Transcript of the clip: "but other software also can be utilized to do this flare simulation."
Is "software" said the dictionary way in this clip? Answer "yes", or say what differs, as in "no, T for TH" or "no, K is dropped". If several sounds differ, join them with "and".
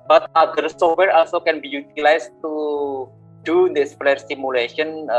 no, F is dropped